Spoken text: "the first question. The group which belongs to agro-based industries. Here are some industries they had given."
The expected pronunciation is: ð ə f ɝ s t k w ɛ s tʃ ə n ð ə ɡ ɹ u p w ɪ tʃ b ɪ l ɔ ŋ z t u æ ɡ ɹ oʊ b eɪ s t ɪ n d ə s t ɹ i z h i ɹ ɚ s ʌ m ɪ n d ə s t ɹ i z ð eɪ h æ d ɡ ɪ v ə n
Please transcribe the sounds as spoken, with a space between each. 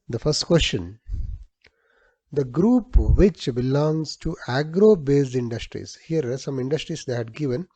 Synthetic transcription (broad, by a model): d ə f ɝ s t k w ɛ s tʃ ə n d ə ɡ ɹ u p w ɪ tʃ b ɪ l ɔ ŋ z t u æ ɡ ɹ oʊ b eɪ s ɪ n d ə s t ɹ i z h i ɚ s ʌ m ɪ n d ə s t ɹ i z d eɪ h æ d ɡ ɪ v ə n